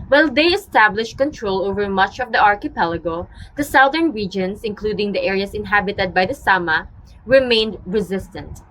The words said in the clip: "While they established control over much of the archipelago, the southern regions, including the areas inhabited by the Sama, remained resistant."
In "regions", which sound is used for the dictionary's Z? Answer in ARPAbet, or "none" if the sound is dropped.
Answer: S